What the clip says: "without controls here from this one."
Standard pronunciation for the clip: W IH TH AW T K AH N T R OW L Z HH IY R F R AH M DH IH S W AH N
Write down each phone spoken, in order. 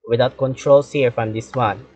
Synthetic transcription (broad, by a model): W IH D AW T K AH N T R OW L S HH IY R F R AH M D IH S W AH N